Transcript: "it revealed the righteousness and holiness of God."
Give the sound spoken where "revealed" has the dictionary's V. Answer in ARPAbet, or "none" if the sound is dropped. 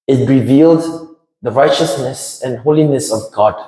V